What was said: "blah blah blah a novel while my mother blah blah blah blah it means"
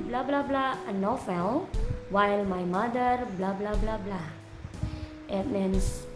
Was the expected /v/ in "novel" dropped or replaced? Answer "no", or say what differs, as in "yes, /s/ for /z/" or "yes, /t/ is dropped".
yes, /f/ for /v/